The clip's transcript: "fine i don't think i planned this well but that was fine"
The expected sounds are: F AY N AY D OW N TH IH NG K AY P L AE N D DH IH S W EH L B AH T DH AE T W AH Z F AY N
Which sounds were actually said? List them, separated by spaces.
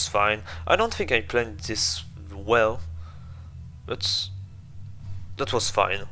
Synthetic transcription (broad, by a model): F AY N AY D OW N TH IH NG K AY P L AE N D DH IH S W EH L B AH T DH AE T W AH Z F AY N